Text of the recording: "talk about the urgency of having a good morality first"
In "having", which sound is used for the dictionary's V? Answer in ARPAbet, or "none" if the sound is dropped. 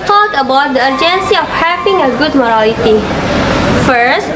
P